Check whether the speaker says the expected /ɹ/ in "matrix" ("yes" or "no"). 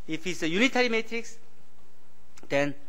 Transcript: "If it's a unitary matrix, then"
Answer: yes